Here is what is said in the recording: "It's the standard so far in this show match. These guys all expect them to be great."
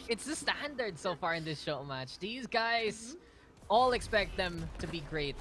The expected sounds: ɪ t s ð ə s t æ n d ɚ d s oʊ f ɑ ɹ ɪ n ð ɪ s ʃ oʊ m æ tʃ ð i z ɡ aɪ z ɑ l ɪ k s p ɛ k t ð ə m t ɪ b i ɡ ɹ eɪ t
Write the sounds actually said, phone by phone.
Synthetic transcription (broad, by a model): ɪ t s ð ə s t æ n d ɚ d s oʊ f ɑ ɹ ɪ n ð ɪ s ʃ oʊ m æ tʃ ð i z ɡ aɪ z ɑ l ɪ k s p ɛ k t ð ə m t ɪ b i ɡ ɹ eɪ t